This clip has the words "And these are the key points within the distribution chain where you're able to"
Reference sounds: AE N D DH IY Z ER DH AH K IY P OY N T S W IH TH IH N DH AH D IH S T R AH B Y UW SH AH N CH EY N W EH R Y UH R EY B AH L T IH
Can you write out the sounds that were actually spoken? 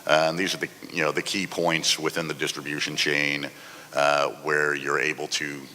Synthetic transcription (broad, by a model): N DH IY Z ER DH AH K IY P OY N T S W IH TH IH N DH AH D IH S T R AH B Y UW SH AH N CH EY N W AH R Y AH R EY B L T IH